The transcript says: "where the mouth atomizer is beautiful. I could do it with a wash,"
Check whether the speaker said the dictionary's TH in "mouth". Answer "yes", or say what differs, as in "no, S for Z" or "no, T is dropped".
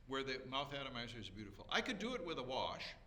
yes